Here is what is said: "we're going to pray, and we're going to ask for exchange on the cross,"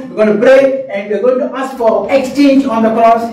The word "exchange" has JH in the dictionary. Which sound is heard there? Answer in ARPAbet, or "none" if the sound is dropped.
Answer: JH